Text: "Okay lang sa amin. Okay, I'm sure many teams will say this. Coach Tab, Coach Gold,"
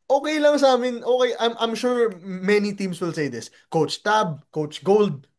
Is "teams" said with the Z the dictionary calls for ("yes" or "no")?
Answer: no